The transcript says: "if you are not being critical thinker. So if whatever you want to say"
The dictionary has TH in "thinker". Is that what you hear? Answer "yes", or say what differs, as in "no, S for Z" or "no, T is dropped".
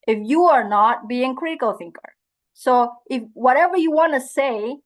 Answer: yes